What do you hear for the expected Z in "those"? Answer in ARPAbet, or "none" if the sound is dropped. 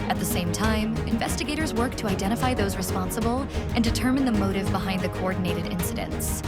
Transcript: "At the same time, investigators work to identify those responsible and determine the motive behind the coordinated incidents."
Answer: Z